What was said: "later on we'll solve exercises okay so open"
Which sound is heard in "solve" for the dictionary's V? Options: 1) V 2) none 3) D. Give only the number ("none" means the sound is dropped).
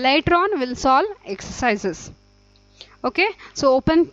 2